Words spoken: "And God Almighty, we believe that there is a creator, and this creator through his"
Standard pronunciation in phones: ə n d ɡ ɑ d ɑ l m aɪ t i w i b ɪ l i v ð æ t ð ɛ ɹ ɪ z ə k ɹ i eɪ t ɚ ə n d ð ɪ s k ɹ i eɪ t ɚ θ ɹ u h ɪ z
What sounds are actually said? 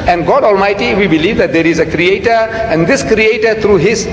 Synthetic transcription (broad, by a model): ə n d ɡ ɑ d ɑ l m aɪ t i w i b ɪ l i v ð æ t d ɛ ɹ ɪ z ə k ɹ i eɪ t ɚ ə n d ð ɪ s k ɹ i eɪ t ɚ t ɹ u h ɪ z